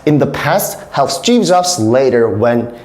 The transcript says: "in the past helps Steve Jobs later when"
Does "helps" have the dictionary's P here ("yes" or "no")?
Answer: no